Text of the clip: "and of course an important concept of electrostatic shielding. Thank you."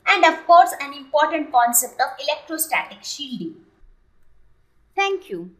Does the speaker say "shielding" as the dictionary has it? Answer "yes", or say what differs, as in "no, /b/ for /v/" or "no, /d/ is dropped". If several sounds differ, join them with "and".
yes